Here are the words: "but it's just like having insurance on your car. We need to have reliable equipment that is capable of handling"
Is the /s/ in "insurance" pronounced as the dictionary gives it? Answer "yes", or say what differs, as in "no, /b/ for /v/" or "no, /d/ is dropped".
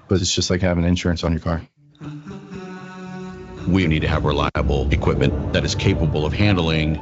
yes